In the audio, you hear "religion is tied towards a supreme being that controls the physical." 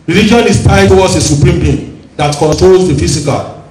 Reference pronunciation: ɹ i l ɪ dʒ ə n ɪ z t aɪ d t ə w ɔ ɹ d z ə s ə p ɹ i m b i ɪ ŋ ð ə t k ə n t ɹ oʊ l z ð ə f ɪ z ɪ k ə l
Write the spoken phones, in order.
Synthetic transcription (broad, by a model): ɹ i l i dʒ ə n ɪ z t aɪ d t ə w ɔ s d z ə s ə p ɹ i m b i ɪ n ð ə t k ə n t ɹ oʊ l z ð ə f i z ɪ k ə l